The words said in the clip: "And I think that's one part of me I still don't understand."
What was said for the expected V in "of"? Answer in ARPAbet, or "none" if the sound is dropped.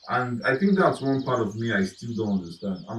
V